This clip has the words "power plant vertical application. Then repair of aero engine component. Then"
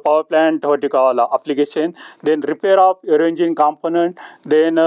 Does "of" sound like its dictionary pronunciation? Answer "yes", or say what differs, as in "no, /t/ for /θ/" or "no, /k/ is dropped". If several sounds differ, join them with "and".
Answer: no, /p/ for /v/